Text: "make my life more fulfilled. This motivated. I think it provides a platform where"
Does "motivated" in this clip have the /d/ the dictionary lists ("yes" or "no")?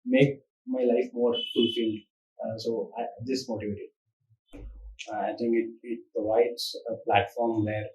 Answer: no